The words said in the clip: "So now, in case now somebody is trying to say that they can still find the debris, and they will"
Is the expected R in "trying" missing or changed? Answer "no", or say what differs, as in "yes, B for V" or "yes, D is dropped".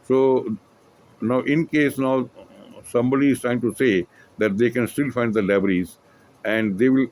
no